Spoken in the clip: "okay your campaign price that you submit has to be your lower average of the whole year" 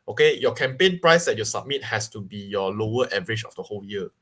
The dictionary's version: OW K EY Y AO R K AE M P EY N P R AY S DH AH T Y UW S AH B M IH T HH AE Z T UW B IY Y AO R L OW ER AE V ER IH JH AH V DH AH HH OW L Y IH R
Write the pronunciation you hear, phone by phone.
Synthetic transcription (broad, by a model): OW K EY Y AO K AE M P EY N P R AY S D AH T Y UW S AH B M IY T HH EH S T UW B IY Y AO L OW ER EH V ER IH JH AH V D AH HH OW L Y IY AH